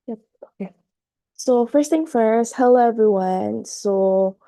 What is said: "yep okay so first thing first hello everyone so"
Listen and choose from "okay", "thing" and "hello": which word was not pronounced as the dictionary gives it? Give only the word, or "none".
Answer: hello